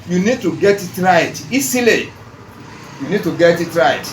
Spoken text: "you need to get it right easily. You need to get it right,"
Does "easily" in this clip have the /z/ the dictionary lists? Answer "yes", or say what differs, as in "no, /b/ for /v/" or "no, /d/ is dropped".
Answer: no, /s/ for /z/